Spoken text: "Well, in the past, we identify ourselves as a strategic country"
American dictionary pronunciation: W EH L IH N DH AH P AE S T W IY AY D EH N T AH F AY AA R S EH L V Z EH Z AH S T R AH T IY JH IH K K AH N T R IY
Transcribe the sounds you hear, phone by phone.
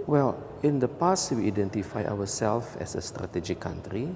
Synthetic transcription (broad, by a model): W EH L IH N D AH P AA S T W IY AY D EH N T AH F AY AA W S EH L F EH S AH S T R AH T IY JH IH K K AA N T R IY